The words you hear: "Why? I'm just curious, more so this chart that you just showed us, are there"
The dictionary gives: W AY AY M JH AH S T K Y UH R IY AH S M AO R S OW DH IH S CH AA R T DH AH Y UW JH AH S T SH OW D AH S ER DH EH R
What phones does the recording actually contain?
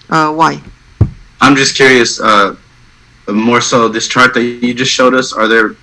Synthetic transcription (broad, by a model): W AY AY M JH AH S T K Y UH R IY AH S M AO R S OW DH IH S CH AA R T DH AH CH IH JH AH S T SH OW D AH S ER DH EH R